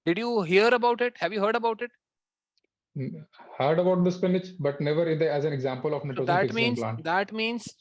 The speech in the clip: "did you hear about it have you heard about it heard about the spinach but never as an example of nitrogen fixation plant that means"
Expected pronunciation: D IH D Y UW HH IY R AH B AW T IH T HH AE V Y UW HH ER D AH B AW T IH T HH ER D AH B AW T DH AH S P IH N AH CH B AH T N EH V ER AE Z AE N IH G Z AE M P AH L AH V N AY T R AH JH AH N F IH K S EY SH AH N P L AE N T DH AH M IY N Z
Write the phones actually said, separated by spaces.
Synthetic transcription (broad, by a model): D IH D Y UW HH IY R AH B AW T IH T HH AE V Y UW HH ER D AH B AW T IH T HH ER D AH B AW T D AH S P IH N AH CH B AH T N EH V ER AE Z AE N IH G Z AE M P AH L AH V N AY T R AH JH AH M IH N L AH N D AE T M IY N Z